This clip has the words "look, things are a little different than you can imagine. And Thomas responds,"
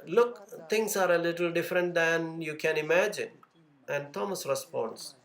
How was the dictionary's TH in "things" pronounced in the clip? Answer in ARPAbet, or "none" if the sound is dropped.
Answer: T